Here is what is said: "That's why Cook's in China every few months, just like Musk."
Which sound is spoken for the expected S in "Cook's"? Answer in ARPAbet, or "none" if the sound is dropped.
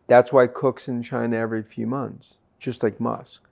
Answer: S